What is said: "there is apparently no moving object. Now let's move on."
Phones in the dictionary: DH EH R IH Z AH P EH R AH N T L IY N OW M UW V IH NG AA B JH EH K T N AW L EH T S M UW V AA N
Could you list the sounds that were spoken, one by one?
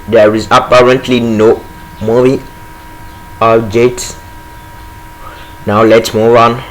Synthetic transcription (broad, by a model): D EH R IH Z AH P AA R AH N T L IY N OW M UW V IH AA JH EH T N AW L EH T S M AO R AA N